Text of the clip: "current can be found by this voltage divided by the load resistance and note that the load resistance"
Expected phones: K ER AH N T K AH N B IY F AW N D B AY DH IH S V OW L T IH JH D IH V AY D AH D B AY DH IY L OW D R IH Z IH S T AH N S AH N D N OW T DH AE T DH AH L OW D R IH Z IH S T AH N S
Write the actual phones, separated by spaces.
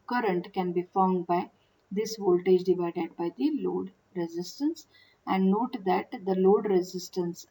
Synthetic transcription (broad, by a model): K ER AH N T K AH N B IY F AW N D B AY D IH S V OW L T IH JH D IH V AY D AH D B AY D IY L OW D R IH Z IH S T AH N S AH N D N OW T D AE T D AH L OW D R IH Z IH S T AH N S